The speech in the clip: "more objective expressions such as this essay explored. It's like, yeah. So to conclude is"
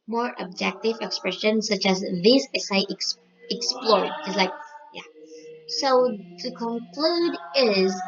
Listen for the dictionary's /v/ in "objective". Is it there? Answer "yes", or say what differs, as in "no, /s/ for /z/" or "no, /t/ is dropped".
yes